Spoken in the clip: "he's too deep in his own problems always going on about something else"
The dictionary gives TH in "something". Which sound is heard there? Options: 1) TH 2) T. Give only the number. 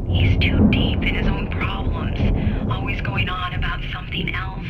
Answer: 1